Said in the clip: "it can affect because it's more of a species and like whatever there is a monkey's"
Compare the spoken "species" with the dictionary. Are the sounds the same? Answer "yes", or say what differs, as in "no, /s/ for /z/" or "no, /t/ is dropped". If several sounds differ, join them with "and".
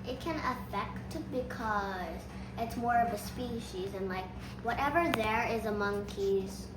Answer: yes